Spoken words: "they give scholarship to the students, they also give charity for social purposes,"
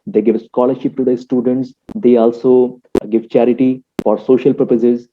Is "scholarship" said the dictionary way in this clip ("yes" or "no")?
yes